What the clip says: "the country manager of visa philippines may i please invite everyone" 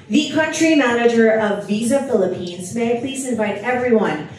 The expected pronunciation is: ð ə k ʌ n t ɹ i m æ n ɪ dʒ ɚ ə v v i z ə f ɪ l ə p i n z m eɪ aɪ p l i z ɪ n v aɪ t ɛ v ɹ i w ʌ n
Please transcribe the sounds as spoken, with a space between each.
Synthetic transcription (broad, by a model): ð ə k ʌ n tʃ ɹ i m æ n ɪ dʒ ɚ ə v v i z ə f ɪ l ə p i n z m eɪ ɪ p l i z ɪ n v aɪ t ɛ v ɹ i w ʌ n